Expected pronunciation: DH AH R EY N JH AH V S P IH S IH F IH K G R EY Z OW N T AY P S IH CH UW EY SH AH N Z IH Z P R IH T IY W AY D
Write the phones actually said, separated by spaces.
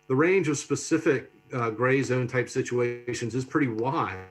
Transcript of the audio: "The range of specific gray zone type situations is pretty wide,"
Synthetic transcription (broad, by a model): DH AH R EY N JH AH V S P IH S IH F IH K G R EY Z OW N T AY P S IH CH UW EY SH AH N Z IH Z P R IH T IY W AY